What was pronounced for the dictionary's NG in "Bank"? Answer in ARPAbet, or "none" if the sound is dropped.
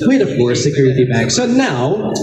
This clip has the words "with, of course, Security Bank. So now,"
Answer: none